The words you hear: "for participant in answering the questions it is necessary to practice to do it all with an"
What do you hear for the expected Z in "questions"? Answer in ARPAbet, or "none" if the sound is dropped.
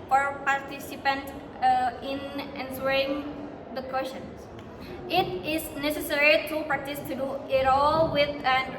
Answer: S